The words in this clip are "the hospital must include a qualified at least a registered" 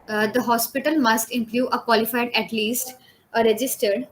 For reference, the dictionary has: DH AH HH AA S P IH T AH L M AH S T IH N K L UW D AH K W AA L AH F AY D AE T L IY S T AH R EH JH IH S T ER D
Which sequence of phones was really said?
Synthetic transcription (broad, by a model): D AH HH AA S P IH T AH L M AH S T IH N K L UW AH K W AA L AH F AY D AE T L IY S T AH R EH JH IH S T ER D